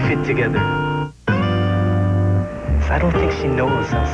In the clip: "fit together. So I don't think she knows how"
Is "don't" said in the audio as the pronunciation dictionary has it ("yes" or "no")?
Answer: no